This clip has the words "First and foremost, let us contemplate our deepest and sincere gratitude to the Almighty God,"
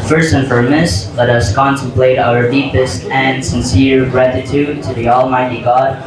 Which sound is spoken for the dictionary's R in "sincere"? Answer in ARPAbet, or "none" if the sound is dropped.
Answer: R